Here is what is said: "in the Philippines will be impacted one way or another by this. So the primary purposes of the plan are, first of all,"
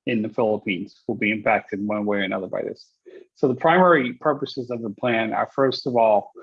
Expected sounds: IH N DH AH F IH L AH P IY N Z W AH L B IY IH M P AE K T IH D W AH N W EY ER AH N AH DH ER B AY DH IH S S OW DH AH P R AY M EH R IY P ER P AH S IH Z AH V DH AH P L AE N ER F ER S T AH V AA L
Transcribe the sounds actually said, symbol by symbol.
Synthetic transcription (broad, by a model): IH N DH AH F IH L AH P IY N Z W AH L B IY IH M P AE K T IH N W AH N W EY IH AH N AH DH ER B AY DH IH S S OW DH AH P R AY M EH R IY P ER P AH S IH Z AH V DH AH P L AE N ER F ER S T AH V AA L